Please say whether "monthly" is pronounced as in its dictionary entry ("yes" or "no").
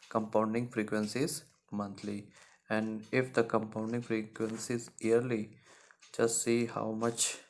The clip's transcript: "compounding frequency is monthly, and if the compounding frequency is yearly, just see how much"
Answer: no